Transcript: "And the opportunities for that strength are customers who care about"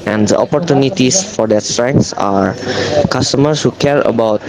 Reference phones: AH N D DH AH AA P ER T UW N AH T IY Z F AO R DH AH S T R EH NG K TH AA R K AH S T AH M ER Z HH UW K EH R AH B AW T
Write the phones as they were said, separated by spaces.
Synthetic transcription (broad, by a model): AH N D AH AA P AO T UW N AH T IY S F AO R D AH S T R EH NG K S AA R K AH S T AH M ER S HH UW K EH R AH B AW T